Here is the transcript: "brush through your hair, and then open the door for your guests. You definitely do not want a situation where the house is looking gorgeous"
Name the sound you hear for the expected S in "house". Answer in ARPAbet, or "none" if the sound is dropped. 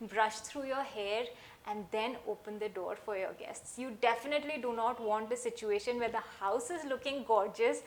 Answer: S